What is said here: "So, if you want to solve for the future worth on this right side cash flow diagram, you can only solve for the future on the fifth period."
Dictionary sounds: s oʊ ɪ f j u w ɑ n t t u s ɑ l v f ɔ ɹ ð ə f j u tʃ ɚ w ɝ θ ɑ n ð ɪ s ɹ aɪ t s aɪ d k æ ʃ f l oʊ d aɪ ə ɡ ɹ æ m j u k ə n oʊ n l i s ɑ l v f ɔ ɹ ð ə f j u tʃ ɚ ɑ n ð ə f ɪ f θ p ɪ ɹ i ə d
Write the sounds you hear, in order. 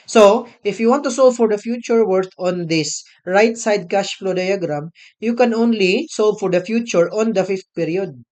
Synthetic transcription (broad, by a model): s oʊ ɪ f j u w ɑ n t t u s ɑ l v f ɔ ɹ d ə f j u tʃ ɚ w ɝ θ ɑ n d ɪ s ɹ aɪ t s aɪ d k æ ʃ f l oʊ d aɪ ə ɡ ɹ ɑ m j u k ə n oʊ n l i s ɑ l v f ɔ ɹ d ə f j u tʃ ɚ ɑ n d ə f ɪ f t p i ɹ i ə d